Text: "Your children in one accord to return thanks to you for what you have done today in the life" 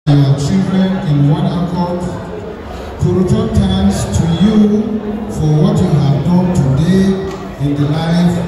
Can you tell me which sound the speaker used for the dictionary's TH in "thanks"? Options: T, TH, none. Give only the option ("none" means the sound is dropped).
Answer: T